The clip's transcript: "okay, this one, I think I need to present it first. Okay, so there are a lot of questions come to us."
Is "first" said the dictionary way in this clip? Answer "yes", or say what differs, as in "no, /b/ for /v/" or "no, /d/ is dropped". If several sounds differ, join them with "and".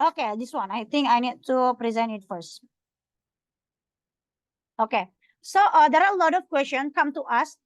yes